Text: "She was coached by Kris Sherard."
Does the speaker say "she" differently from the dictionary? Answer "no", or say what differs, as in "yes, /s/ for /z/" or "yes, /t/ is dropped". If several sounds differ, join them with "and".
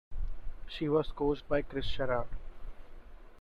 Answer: no